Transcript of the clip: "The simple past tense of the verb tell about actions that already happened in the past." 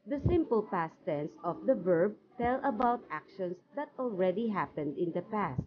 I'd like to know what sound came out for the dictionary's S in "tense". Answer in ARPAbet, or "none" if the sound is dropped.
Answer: S